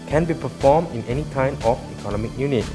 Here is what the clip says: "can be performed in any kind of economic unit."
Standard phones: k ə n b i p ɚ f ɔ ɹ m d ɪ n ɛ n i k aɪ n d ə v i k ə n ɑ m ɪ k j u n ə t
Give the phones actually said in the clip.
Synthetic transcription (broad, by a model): k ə n b i p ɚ f ɔ m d ɪ n ɛ n i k aɪ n ə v i k ə n ɑ m ɪ k j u n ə t